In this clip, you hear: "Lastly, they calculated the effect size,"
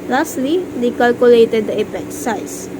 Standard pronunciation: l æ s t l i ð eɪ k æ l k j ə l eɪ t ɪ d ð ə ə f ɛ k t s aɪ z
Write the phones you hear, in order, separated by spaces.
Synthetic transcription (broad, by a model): l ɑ s t l i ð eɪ k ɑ l k j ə l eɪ t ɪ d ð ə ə p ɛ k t s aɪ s